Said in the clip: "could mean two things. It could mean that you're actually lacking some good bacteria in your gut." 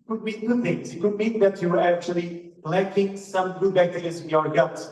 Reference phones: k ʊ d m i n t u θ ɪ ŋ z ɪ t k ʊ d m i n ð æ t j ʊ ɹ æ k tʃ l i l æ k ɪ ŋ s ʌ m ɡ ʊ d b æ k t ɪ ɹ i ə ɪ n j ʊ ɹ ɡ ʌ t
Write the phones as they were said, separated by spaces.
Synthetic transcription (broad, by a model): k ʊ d m i n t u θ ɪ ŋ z ɪ t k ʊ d m i n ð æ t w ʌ ɹ æ k tʃ l i l æ k ɪ ŋ s ʌ m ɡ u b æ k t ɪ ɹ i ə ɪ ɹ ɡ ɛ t